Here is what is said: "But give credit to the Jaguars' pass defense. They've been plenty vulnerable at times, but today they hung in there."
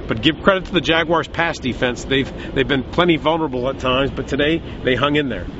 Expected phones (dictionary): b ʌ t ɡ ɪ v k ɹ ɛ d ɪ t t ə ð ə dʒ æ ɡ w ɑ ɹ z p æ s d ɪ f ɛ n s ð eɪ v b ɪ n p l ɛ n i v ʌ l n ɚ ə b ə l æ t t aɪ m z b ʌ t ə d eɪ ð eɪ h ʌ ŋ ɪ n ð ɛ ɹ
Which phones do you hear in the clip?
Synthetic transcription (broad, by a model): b ʌ t ɡ ɪ v k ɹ ɛ d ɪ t t ə ð ə dʒ æ ɡ w ɑ ɹ z p æ s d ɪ f ɛ n s ð eɪ v b ɪ n p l ɛ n i v ʌ l n ɚ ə b l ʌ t t aɪ m z b ʌ t ə d eɪ ð eɪ h ʌ ŋ ɪ n ð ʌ ɹ